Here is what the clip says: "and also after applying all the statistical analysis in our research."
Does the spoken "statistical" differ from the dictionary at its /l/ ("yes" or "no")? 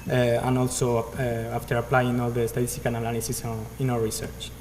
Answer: yes